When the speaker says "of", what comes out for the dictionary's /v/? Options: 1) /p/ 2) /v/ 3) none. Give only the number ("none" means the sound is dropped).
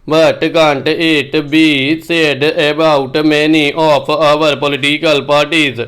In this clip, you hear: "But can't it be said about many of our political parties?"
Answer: 1